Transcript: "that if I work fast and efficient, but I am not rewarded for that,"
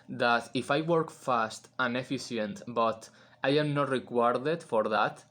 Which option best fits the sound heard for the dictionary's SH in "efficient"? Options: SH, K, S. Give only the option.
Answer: S